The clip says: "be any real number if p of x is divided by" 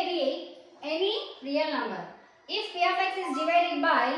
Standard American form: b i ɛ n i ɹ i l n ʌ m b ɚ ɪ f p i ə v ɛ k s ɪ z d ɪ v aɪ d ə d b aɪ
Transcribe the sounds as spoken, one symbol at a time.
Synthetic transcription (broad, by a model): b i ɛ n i ɹ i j n ʌ m b ɚ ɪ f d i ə p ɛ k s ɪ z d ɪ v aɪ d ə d b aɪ